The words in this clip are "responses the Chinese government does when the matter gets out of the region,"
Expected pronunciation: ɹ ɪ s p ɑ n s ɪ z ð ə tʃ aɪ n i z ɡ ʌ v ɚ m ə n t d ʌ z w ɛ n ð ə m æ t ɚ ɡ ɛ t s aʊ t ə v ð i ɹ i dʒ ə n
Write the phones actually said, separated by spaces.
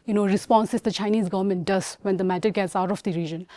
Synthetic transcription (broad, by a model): ɹ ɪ s p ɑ n s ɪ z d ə tʃ aɪ n i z ɡ ʌ v ɚ m ə n t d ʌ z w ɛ n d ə m æ t ɚ ɡ ɛ t s aʊ t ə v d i ɹ i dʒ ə n